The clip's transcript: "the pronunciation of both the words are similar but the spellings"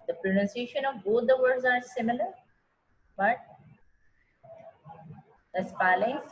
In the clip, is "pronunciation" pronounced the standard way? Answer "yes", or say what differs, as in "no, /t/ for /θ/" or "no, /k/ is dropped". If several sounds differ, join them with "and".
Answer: yes